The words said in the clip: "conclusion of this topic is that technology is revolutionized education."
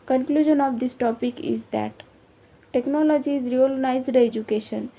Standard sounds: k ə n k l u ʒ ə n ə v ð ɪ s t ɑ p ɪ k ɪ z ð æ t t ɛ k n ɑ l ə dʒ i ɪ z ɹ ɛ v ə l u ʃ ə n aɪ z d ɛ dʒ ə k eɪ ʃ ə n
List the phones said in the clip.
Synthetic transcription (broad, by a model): k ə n k l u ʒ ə n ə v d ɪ s t ɑ p ɪ k ɪ z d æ t t ɛ k n ɑ l ə dʒ i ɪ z ɹ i ə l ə n aɪ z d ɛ dʒ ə k eɪ ʃ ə n